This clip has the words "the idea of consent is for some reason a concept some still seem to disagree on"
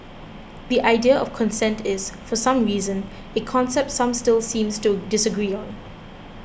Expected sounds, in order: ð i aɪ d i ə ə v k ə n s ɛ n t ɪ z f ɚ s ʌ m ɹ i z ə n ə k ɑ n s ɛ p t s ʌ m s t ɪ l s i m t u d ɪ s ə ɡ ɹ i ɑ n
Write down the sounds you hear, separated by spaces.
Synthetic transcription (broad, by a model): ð i aɪ d i ə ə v k ə n s ɛ n t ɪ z f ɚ s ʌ m ɹ i z ə n ə k ɑ n s ɛ p t s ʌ m s t ɪ l s i m t u d ɪ s ə ɡ ɹ i ɑ n